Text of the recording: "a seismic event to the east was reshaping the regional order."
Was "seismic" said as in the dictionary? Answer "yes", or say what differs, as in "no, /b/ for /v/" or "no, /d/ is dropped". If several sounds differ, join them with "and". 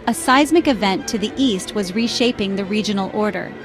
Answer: yes